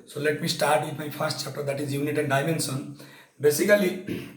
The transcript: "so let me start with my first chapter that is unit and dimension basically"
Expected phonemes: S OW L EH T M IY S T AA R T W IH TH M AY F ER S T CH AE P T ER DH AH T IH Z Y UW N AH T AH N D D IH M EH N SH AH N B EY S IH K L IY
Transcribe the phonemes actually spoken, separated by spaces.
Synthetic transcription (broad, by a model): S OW L EH T M IY S T AA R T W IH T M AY P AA S T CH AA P T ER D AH T IH Z Y UW N AH T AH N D D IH M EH N S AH N B EY S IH K L IY